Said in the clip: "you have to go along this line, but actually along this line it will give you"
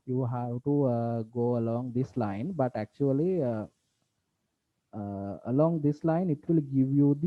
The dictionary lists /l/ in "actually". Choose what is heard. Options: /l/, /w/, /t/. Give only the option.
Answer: /l/